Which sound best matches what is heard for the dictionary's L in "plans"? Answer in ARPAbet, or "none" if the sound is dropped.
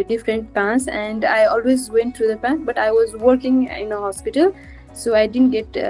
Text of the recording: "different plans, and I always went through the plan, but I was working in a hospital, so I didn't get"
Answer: none